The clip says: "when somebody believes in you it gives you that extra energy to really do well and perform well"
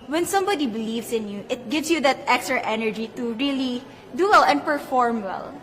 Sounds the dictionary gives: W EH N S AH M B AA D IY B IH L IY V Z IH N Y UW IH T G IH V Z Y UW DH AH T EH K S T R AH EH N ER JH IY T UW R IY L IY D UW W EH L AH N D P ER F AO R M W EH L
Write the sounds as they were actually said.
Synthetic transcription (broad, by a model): W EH N S AH M B AA D IY B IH L IY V S IH N Y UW IH T G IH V S Y UW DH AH T EH K S T R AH EH N ER JH IY T UW R IY L IY D UW W EH L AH N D P ER F AO R M W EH L